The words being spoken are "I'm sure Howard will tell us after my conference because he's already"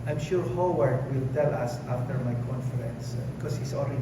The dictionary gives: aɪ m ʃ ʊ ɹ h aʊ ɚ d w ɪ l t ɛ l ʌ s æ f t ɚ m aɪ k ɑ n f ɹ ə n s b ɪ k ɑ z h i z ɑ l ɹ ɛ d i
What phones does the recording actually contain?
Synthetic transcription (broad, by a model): aɪ m ʃ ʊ ɹ h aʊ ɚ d w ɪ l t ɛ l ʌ s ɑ f t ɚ m aɪ k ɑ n f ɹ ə n s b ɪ k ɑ s h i s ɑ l ɹ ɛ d